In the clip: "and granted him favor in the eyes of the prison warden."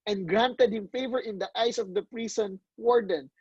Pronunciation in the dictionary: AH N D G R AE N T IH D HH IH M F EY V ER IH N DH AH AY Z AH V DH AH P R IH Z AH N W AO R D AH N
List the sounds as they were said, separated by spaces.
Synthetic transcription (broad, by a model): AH N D G R AE N T IH D HH IH M F EY V ER IH N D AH AY S AH V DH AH P R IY S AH N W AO R D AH N